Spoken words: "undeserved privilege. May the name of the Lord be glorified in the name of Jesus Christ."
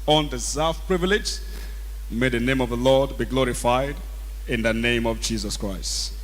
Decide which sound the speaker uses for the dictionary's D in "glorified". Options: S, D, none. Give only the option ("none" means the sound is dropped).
D